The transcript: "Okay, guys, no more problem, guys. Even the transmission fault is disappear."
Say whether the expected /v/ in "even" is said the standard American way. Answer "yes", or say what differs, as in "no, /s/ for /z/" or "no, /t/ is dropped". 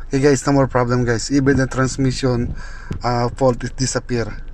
no, /b/ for /v/